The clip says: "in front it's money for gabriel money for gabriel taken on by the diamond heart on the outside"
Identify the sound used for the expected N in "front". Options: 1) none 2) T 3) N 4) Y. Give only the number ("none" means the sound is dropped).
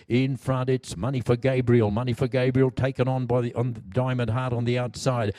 1